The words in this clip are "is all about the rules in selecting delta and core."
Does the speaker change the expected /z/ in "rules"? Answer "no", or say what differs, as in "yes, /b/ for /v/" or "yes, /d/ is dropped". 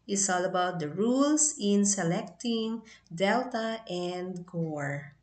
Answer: yes, /s/ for /z/